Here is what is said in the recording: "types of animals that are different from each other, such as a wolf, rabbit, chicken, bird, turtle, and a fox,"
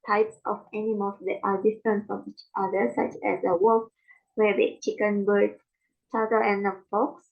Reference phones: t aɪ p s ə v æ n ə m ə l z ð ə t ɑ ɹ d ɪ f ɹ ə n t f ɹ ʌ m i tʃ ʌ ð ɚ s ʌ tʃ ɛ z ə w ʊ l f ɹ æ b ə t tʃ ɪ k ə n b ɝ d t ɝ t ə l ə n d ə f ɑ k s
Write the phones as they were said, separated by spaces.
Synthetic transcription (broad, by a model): t aɪ p s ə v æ n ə m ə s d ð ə t ɑ ɹ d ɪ f ɹ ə n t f ɹ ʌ m i tʃ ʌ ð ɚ s ʌ tʃ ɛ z ə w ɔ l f w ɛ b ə tʃ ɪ k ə n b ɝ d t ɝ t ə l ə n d ə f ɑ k s